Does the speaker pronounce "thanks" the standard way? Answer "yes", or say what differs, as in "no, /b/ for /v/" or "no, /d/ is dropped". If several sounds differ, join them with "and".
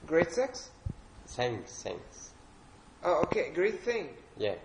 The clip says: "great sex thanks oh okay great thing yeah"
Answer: no, /s/ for /θ/